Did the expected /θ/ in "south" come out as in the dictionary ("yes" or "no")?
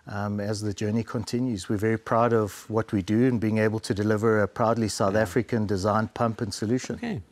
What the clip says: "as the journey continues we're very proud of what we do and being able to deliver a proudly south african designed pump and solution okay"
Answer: yes